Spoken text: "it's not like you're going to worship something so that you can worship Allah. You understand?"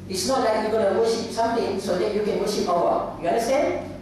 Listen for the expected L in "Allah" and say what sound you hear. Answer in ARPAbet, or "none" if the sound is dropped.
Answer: W